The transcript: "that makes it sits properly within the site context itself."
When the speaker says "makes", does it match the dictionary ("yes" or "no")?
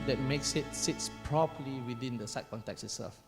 yes